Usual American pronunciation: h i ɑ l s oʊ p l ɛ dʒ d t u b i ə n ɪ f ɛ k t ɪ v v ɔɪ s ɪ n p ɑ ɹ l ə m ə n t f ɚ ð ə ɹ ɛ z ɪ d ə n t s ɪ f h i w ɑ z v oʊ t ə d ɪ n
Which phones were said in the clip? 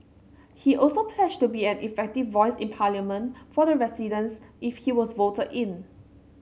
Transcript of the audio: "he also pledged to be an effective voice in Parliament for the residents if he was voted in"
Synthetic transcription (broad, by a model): h i ɑ l s oʊ p l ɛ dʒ t u b i ə n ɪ f ɛ k t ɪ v v ɔɪ s ɪ n p ɑ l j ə m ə n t f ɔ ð ə ɹ ɛ s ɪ d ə n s ɪ f h i w ɑ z v oʊ t ə d ɪ n